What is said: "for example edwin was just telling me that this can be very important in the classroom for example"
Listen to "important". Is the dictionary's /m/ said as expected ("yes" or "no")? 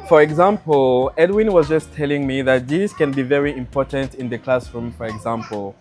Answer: yes